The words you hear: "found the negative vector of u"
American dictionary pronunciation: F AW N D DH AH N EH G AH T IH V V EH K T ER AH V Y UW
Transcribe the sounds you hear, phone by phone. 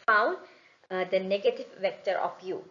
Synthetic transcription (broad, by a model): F AW N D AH N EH G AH T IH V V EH K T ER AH F Y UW